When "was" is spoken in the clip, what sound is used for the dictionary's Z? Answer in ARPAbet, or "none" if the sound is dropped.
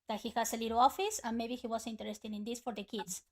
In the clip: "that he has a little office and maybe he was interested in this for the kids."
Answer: S